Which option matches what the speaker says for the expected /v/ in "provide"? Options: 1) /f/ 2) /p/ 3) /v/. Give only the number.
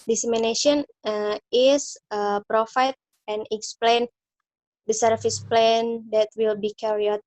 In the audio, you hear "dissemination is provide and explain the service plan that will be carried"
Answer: 1